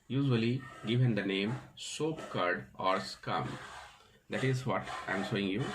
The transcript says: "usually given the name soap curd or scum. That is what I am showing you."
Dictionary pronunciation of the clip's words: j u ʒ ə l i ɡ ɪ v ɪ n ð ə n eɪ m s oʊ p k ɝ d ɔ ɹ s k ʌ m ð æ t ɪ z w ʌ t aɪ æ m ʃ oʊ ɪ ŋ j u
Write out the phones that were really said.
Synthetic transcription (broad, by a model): j u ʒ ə l i ɡ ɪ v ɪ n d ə n eɪ m s oʊ p k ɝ d ɔ ɹ s k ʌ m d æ t ɪ z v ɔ t aɪ m s oʊ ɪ ŋ j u